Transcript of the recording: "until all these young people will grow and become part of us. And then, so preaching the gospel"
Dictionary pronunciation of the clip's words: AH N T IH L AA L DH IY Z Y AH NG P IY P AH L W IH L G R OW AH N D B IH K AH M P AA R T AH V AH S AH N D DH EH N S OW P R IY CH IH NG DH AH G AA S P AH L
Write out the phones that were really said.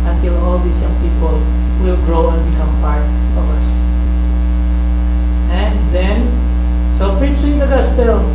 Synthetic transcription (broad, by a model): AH N T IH L AA L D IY S Y AH NG P IY P AH L W IH L G R OW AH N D B IH K AH M P AA R T AH V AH S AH N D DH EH N S OW P R IY CH IH NG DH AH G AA S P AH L